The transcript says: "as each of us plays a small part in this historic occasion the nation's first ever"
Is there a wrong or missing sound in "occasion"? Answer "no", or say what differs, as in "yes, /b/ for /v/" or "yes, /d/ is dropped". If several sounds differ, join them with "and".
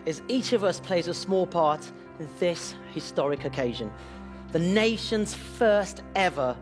no